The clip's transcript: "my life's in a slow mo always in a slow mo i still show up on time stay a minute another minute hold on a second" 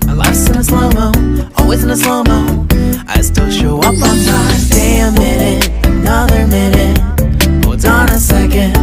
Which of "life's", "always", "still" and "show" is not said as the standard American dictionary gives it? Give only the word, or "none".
life's